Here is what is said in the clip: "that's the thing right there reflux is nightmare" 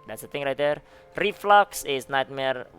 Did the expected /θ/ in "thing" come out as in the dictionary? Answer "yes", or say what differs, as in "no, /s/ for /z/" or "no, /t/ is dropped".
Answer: no, /t/ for /θ/